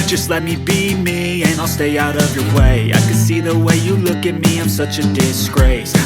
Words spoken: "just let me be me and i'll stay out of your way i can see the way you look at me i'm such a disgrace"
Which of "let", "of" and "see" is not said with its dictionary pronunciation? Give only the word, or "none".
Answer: none